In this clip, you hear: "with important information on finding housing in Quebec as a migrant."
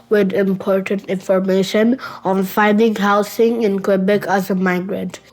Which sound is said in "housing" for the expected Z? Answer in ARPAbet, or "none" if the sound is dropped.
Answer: S